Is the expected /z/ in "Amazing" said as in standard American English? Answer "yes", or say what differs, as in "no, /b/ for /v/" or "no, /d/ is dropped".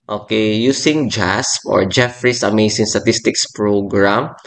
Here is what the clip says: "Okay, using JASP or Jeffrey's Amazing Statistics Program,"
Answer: no, /s/ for /z/